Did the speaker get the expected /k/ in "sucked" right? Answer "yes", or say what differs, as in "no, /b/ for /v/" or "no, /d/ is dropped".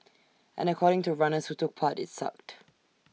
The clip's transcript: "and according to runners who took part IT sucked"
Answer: yes